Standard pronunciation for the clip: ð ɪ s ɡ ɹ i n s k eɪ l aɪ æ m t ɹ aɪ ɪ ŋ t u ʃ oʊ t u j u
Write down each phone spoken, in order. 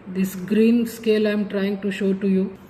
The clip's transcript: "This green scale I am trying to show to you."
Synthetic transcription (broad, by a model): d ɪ s ɡ ɹ i n s k eɪ l aɪ m t ɹ aɪ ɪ ŋ t u ʃ oʊ t u j u